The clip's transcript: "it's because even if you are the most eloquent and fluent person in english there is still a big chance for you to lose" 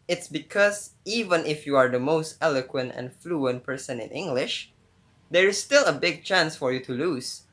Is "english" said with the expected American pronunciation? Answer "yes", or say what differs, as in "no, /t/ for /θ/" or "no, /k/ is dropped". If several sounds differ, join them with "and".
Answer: yes